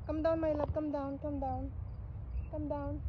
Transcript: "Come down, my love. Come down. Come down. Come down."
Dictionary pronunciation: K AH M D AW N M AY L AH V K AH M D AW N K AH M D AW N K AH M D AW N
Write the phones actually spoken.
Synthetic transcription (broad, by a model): K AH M D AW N M AY L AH P K AH M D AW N K AH M D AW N K AH M D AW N